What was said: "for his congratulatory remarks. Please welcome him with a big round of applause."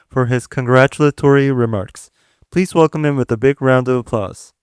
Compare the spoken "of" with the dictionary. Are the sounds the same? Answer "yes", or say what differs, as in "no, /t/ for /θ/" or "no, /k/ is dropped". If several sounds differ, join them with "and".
yes